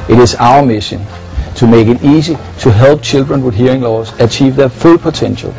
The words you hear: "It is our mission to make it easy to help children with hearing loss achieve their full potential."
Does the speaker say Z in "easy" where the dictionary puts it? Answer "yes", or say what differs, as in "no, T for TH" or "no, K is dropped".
no, S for Z